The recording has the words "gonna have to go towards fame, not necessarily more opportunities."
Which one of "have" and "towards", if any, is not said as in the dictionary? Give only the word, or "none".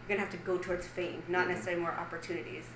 have